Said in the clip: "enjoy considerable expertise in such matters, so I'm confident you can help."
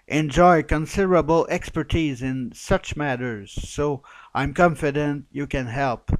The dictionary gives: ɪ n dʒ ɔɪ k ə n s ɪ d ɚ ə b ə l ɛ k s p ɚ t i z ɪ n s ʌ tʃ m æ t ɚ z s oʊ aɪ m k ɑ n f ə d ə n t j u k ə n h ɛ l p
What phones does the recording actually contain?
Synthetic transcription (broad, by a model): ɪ n dʒ ɔɪ k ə n s ɪ d ɚ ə b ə l ɛ k s p ɚ t i z ɪ n s ʌ tʃ m æ t ɚ z s oʊ aɪ m k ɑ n f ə d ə n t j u k ə n h ɛ l p